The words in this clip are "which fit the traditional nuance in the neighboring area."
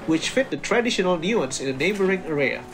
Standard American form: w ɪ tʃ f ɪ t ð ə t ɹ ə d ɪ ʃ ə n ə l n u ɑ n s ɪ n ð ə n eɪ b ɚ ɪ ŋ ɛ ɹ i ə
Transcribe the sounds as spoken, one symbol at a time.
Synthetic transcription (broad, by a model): w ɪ tʃ f ɪ t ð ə t ɹ ə d ɪ ʃ ə n ə l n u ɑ n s ɪ n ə n eɪ b ɚ ɪ ŋ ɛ ɹ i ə